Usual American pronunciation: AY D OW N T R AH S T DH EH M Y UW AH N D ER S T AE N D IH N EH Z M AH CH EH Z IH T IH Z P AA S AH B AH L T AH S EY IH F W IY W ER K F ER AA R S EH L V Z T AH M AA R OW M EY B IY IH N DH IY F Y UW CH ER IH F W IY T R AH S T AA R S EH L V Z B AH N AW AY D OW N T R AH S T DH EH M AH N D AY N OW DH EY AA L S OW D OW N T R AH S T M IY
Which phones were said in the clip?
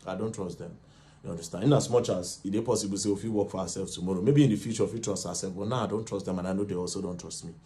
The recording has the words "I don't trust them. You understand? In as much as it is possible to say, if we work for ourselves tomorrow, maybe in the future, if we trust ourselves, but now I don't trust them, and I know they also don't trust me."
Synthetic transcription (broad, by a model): AY D OW N T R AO S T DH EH M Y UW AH N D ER S T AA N IH N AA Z M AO CH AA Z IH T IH P AA S AH B AH L S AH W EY IH F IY W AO K F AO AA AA S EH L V T AH M AA R OW M EY B IY N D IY F Y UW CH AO IH F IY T R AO S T AA S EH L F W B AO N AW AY D OW N T R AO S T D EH M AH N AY N OW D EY AA L S OW D OW N T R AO S T M IY